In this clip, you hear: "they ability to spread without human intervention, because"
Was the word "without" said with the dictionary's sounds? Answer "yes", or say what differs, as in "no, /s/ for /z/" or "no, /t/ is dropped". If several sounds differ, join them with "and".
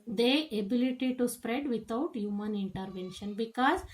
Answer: no, /t/ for /θ/